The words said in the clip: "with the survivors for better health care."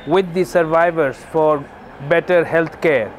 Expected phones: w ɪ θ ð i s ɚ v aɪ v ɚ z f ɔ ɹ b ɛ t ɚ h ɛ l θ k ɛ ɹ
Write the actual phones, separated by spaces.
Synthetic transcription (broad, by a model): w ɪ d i s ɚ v aɪ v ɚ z f ɔ ɹ b ɛ t ɚ h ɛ l t k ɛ ɹ